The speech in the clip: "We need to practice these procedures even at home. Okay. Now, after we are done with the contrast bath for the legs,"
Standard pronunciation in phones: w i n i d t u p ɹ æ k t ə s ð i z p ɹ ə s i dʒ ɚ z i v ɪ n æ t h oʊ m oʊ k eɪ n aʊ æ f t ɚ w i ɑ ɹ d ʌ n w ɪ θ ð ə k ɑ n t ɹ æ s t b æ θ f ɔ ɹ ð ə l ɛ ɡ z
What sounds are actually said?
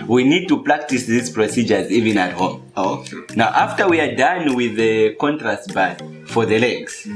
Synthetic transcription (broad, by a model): w i n i d t u p ɹ æ k t ə s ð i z p ɹ ə s i dʒ ɚ z i v ɪ n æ t h oʊ m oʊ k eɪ n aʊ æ f t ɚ w i ɑ ɹ d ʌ n w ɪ ð ə k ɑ n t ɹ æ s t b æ t f ɔ ɹ ð ə l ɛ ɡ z